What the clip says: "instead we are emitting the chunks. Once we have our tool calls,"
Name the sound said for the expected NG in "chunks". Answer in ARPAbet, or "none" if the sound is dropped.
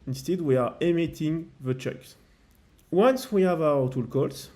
none